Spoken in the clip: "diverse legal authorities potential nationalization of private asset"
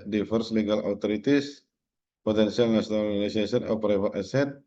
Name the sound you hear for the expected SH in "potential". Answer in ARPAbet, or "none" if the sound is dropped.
S